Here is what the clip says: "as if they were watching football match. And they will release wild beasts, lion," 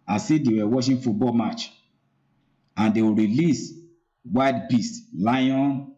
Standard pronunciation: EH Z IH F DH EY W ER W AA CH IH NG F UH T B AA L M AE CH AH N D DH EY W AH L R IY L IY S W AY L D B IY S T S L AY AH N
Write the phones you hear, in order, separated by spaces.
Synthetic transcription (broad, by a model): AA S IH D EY W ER W AA SH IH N F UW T B AA L M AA CH AH N D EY W R IY L IY S W AY D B IY S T L AY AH N